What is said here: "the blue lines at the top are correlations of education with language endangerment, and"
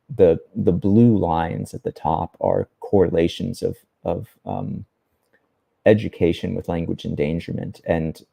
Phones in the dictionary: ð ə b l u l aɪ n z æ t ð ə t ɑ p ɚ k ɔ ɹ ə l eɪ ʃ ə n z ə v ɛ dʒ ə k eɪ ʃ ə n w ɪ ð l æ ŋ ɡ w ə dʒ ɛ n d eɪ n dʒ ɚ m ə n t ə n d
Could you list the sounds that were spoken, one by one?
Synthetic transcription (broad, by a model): ð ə b l u l aɪ n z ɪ t ð ə t ɑ p ɚ k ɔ ɹ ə l eɪ ʃ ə n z ə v ɛ dʒ ə k eɪ ʃ ə n w ɪ ð l æ ŋ ɡ w ə dʒ ɛ n d eɪ n dʒ ɚ m ə n t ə n